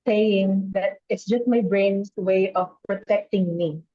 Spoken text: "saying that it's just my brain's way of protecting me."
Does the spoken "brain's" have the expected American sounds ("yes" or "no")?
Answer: no